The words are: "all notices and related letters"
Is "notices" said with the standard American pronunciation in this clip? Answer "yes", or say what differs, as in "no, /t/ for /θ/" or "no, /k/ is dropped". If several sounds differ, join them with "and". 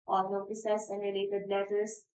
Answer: no, /s/ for /z/